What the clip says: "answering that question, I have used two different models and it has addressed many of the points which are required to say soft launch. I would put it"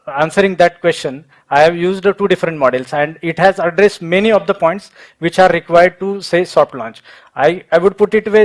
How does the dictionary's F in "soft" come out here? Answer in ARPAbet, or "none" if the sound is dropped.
P